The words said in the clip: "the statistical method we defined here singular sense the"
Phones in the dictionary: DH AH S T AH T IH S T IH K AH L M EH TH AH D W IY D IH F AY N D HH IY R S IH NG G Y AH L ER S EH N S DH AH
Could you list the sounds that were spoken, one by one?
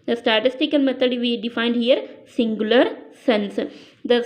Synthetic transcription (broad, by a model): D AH S T AH T IH S T IH K AH L M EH T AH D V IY D IH F AY N D HH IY R S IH NG G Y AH L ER S EH N S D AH